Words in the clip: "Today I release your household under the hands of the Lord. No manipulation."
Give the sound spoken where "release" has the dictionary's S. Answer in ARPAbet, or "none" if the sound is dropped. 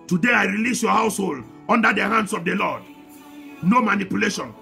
S